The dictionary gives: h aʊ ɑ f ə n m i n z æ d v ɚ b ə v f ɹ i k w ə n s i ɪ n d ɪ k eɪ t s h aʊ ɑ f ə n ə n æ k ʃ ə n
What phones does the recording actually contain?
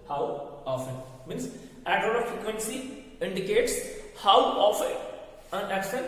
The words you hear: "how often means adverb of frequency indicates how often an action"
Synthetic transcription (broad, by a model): h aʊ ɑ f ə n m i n s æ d ɚ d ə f ɹ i k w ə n s i ɪ n d ɪ k eɪ t s h aʊ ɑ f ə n ə n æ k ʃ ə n